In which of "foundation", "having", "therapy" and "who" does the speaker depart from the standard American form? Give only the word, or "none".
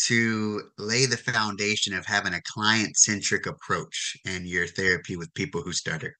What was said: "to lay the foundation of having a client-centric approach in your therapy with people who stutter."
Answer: none